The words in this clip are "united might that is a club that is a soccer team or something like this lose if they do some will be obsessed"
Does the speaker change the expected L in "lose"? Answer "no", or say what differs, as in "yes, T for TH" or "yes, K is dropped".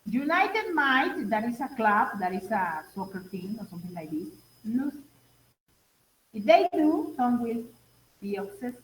yes, N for L